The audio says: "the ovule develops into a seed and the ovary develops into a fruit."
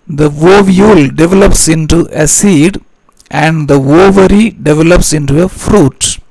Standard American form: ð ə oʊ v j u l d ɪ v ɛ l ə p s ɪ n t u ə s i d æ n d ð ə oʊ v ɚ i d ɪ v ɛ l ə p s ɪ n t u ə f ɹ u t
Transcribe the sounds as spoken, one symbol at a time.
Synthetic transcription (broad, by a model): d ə oʊ v j u l d ɪ v ɛ l ə p s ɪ n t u ə s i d æ n d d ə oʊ v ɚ i d ɪ v ɛ l ə p s ɪ n t u ə f ɹ u t